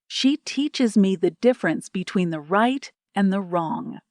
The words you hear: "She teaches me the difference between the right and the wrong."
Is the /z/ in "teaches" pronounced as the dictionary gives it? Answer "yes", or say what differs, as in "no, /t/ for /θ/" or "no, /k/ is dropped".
yes